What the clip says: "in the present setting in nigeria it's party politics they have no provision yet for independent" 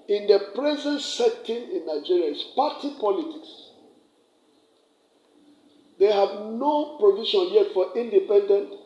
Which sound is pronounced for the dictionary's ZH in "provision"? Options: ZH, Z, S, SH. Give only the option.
SH